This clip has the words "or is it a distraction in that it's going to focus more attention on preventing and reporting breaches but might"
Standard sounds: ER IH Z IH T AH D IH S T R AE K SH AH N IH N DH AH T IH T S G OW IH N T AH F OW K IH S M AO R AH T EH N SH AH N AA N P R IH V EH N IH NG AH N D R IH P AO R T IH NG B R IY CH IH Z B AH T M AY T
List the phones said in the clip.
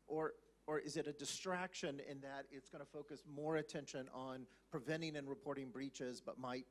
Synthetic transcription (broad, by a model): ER IH Z IH T AH D IH S T R AE K SH AH N IH N DH AH T IH T S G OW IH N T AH F OW K IH S M AO R AH T EH N SH AH N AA N P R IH V EH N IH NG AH N R IH P AO R T IH NG B R IY CH IH Z B AH T M AY T